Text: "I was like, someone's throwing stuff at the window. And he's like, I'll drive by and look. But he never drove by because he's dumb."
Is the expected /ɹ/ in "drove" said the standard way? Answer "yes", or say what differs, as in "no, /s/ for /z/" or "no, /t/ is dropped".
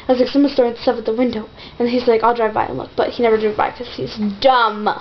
no, /ɹ/ is dropped